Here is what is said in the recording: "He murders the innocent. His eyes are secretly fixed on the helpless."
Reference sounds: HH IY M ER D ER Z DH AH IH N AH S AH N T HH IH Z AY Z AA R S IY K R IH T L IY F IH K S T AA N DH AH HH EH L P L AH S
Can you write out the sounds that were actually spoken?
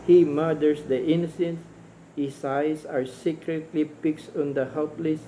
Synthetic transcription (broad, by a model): HH IY M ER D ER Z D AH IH N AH S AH N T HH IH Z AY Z AA R S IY K R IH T L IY P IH K S AA N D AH HH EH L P L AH S